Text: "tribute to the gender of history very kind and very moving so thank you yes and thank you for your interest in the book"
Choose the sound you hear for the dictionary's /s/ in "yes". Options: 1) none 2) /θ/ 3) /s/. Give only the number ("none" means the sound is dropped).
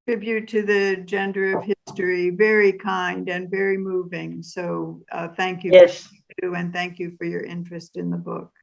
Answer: 1